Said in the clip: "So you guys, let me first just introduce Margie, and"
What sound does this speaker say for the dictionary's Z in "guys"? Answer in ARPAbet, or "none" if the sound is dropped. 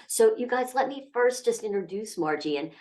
Z